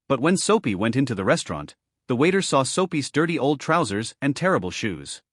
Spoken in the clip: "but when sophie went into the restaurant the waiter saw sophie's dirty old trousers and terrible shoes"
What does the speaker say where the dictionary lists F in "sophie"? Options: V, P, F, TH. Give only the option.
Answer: P